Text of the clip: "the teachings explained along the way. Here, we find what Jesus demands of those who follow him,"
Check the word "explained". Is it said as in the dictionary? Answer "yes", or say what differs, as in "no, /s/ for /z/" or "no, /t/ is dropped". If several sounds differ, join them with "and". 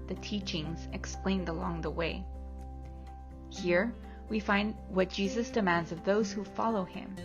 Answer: yes